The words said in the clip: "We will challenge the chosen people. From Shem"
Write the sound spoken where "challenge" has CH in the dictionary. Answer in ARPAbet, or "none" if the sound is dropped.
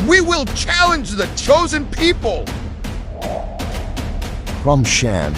CH